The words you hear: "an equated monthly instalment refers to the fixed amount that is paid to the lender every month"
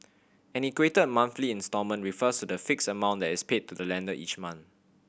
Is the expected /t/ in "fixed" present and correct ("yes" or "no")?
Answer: no